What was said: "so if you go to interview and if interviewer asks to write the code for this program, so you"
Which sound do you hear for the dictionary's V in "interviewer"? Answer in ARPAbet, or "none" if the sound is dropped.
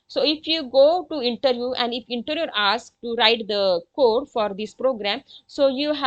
none